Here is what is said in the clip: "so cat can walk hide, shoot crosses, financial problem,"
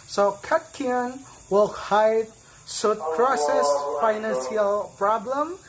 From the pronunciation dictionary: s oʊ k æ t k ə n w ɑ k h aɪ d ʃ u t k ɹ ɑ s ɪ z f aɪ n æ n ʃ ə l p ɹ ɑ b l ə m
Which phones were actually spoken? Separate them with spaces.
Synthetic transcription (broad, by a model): s oʊ k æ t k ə n w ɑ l h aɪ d s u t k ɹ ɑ s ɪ s f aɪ n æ n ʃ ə l p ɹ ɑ b l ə m